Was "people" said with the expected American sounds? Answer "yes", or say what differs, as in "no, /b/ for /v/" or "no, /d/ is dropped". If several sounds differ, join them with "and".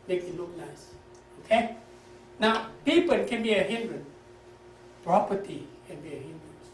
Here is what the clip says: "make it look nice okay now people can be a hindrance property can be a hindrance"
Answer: no, /n/ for /l/